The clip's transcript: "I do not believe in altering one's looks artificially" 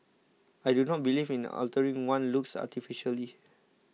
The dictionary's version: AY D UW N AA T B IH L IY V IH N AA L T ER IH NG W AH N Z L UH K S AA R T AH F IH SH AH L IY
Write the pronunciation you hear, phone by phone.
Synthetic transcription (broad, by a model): AY D UW N AA T B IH L IY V IH N AA L T ER IH NG W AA N L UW K S AA T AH F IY SH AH L IY